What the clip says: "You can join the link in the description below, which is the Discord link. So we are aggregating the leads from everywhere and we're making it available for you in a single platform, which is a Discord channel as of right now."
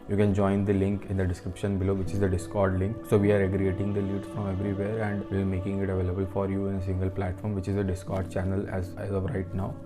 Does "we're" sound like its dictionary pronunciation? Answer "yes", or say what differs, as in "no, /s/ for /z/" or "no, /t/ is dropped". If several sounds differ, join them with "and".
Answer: no, /l/ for /ɹ/